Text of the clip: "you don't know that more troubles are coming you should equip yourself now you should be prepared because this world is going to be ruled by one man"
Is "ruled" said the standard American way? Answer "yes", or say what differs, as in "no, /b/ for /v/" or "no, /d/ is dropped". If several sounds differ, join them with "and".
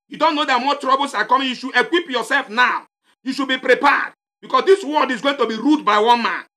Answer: no, /l/ is dropped